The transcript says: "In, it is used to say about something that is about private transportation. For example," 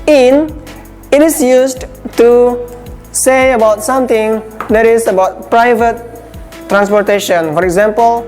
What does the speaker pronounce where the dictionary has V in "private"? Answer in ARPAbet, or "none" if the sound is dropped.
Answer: V